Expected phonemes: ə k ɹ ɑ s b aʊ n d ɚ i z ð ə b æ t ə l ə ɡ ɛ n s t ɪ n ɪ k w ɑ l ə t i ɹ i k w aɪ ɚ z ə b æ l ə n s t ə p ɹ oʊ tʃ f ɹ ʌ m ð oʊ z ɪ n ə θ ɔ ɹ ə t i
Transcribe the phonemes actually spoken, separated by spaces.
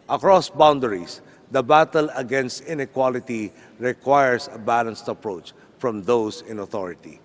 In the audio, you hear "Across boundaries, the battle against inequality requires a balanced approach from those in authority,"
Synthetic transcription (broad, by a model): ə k ɹ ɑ s b aʊ n d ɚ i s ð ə b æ t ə l ə ɡ ɛ n s t ɪ n ɪ k w ɑ l ə t i ɹ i k w aɪ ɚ s ə b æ l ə n s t ə p ɹ oʊ tʃ f ɹ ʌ m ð oʊ s ɪ n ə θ ɔ ɹ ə t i